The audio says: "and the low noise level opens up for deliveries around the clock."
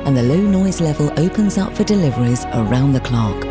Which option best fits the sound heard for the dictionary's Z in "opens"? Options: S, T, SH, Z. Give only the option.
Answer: Z